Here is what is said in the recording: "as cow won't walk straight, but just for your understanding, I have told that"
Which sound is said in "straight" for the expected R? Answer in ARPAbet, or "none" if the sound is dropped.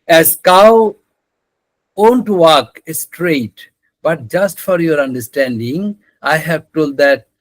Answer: R